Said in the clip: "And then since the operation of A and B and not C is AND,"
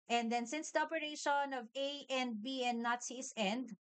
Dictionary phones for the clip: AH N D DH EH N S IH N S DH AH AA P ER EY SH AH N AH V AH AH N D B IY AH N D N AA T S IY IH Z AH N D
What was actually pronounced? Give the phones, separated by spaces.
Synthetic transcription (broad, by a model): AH N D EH N S IH N S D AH AA P ER EY SH AH N AH V AH AH N D B IY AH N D N AA T S IY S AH N D